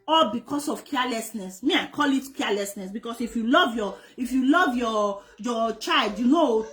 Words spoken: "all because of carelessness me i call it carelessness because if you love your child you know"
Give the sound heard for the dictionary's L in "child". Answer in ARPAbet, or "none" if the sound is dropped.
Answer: L